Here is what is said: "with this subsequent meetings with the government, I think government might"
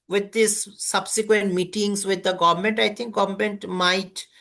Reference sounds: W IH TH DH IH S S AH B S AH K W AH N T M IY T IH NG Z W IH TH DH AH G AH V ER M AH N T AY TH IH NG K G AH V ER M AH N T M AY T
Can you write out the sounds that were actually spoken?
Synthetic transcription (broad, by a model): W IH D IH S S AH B S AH K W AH N T M IY T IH NG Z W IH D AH G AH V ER M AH N T AY T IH NG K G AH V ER M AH N T M AY T